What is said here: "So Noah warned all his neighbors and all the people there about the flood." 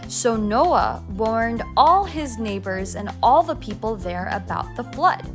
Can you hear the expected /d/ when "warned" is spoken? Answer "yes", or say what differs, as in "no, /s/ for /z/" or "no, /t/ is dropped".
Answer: yes